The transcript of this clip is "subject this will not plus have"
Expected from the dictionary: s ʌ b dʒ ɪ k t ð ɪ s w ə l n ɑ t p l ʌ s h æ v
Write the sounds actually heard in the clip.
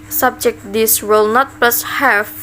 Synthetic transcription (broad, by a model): s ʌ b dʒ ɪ k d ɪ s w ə l n ɑ t p l ʌ s h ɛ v